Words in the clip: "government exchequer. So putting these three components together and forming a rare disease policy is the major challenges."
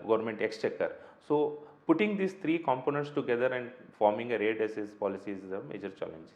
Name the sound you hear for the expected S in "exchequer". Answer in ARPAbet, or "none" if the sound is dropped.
S